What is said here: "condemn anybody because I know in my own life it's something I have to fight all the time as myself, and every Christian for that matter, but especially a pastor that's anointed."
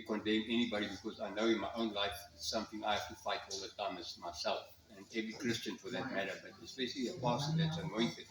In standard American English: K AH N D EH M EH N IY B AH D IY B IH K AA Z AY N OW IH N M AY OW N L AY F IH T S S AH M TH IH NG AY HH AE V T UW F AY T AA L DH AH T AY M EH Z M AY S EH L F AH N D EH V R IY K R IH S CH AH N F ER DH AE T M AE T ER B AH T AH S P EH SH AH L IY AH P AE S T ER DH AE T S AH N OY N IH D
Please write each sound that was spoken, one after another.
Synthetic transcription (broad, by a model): K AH N D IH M EH N IY B AH D IY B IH K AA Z AY N OW IH N M AY OW N L AY F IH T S S AH M TH IH NG AY HH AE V T UW F AY T AA L DH AH T AY M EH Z M AY S EH L F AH N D EH V R IY K R IH S CH AH N F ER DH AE T M AE T ER B AH T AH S B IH S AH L IY AH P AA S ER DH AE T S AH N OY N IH